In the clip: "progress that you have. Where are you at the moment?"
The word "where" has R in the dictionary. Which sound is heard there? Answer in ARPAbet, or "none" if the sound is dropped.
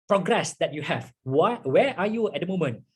W